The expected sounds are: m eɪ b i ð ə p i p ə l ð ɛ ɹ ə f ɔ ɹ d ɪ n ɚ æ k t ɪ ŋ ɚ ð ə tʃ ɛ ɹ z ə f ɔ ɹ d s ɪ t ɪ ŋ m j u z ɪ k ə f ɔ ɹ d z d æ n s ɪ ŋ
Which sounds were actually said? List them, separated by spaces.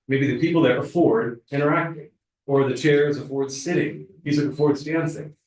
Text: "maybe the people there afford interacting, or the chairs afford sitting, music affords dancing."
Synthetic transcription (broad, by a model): m eɪ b i ð ə p i p l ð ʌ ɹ ə f ɔ ɹ d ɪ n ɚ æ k t ɪ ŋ ɚ ð ə tʃ ɛ ɹ z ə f ɔ ɹ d s ɪ t ɪ ŋ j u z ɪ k ə f ɔ ɹ d z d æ n s ɪ ŋ